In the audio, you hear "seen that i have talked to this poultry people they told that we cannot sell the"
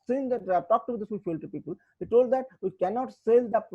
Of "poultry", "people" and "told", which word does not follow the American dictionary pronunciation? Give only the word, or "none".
poultry